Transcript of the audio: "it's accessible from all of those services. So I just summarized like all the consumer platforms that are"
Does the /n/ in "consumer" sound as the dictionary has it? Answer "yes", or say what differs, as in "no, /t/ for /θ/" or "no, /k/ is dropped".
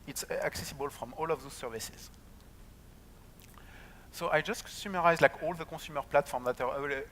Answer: no, /n/ is dropped